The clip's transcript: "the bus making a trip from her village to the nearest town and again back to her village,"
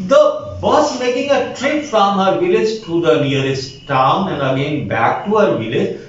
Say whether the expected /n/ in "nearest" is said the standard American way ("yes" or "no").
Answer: no